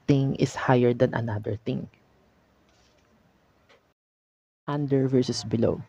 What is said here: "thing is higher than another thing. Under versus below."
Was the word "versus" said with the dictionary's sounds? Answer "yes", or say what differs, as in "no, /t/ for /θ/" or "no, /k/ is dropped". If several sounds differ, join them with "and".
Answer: yes